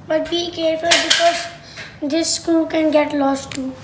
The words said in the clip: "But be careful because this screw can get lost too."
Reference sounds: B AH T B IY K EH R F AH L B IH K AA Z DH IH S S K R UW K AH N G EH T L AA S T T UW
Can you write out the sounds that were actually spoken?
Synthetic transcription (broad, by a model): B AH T B IY K EH R F AH L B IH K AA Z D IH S S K UW K AH N G EH T L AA S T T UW